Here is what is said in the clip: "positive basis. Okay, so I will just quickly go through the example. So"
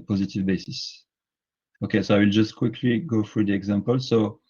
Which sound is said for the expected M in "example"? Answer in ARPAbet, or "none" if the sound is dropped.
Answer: M